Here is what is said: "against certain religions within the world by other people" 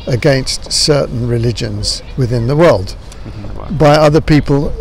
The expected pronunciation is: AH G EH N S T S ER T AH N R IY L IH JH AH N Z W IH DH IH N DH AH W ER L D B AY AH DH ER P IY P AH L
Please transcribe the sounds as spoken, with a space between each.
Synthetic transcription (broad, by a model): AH G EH N S T S ER T N R IY L IH JH AH N Z W IH DH IH N DH AH W ER L D B AY AH DH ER P IY P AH L